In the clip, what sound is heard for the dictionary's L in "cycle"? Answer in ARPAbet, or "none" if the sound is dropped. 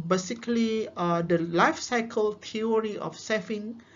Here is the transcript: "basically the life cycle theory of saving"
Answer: L